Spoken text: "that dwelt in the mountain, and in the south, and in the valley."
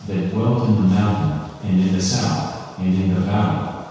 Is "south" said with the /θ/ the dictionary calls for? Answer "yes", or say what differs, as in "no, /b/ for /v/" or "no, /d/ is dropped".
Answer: yes